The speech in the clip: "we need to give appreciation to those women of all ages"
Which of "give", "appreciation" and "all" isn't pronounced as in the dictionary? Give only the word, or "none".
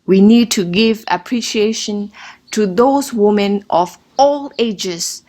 none